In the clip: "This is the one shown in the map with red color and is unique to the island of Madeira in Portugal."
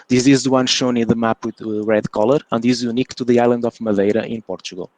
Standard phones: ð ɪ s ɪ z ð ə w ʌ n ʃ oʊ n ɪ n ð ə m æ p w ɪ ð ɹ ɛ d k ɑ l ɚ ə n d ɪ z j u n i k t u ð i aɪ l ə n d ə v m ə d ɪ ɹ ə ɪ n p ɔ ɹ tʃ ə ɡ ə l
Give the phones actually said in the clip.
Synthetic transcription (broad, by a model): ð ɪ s ɪ z ð ə w ʌ n ʃ oʊ n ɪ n ð ə m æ p w ɪ ð ɹ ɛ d k ɑ l ɚ ə n d ɪ z j u n i k t u ð i aɪ l ə n d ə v m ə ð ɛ ɹ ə ɪ n p ɔ ɹ tʃ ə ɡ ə l